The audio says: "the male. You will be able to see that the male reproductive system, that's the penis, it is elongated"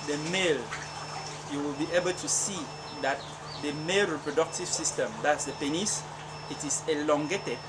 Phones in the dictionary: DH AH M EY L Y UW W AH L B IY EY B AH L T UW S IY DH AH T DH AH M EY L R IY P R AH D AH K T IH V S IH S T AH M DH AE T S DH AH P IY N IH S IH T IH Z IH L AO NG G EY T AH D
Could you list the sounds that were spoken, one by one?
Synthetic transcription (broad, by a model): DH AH M EY L Y UW W AH L B IY EY B AH L T UW S IY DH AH T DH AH M EY L R IY P R AH D AH K T IH V S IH S T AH M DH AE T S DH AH P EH N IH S IH T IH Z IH L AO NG G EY T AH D